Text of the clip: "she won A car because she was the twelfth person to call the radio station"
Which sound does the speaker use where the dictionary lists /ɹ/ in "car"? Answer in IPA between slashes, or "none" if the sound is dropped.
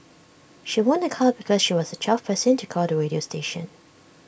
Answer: /l/